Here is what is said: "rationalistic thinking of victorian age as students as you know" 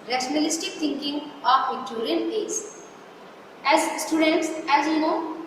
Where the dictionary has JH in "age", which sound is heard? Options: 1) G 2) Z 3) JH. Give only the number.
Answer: 2